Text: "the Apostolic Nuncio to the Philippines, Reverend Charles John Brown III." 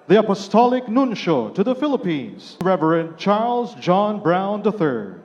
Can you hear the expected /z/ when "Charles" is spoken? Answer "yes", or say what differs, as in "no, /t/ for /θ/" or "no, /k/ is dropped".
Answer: yes